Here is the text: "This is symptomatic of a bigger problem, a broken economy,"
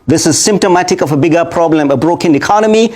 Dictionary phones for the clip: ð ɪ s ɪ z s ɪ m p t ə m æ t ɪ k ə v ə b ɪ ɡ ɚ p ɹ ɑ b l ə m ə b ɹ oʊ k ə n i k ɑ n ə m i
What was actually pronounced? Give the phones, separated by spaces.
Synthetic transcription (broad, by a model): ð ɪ s ɪ z s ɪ m p t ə m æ t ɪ k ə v ə b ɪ ɡ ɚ p ɹ ɑ b l ə m ə b ɹ oʊ k ə n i k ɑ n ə m i